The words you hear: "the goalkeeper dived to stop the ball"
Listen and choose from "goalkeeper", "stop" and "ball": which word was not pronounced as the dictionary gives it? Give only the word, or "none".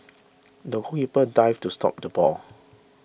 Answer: goalkeeper